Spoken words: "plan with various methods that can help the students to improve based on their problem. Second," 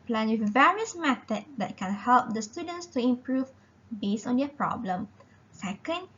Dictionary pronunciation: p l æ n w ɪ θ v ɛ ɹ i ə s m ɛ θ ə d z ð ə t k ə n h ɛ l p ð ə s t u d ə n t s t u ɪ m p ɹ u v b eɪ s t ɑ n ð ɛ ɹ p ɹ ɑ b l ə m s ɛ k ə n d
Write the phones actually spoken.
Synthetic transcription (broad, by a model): p l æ n w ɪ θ v ɛ ɹ i ə s m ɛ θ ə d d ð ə t k ə n h ɛ l p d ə s t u d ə n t s t u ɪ m p ɹ u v b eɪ s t ɑ n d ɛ p ɹ ɑ b l ə m s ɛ k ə n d